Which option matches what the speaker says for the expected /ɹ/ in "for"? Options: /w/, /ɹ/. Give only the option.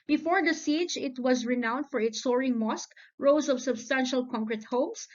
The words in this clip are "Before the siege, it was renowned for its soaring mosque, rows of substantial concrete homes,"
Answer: /ɹ/